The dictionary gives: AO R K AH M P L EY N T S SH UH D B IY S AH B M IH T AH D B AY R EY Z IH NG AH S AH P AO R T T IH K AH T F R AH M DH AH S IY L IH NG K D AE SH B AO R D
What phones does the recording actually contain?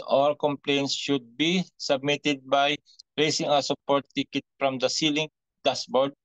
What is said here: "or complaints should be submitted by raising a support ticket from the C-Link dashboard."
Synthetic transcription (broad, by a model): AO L K AH M P L EY N T S SH UH D B IY S AH B M IH T AH D B AY R EY S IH NG AH S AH P AO R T T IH K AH T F R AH M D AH S IY L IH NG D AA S B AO R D